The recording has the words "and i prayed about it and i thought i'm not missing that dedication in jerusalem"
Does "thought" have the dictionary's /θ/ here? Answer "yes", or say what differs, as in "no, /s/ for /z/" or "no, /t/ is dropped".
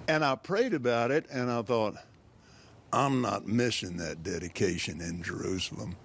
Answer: yes